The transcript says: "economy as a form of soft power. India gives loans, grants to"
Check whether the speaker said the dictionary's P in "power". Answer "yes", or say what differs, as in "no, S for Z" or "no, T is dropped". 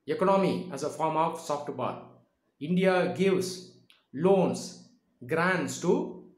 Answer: no, B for P